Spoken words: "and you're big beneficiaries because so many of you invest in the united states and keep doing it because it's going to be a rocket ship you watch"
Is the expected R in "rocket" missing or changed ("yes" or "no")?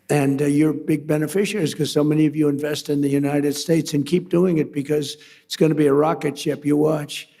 no